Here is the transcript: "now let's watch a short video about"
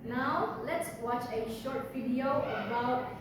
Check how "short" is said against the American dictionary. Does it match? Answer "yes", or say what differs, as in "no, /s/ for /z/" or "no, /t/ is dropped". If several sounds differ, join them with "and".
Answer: yes